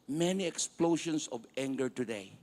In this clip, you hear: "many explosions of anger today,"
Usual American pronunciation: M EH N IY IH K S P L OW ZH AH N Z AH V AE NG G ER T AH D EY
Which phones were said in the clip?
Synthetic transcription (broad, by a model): M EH N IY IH K S P L OW SH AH N S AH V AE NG G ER T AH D EY